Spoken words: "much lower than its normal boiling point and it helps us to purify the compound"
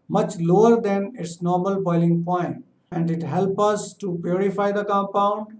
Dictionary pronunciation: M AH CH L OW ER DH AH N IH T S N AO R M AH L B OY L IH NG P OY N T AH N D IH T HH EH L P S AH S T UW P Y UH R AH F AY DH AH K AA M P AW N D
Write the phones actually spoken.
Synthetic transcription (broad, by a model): M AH CH L OW ER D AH N IH T S N AO R M AH L B OY L IH NG P OY N T AH N D IH T HH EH L P AH S T UW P Y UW R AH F AY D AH K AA M P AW N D